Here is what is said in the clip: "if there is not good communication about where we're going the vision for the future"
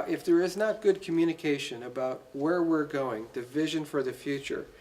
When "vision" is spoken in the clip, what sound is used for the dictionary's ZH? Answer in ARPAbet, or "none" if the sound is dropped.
ZH